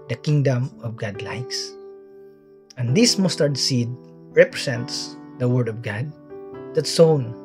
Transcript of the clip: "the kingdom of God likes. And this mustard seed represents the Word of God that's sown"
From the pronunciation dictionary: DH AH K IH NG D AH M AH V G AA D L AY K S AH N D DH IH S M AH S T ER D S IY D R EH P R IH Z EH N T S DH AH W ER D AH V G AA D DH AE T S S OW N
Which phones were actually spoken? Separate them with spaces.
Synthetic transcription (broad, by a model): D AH K IH NG D AH M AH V G AA D L AY K S AH N D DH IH S M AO S T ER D S IY D R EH P R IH S EH N T S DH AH W ER D AH V G AA D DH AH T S S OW N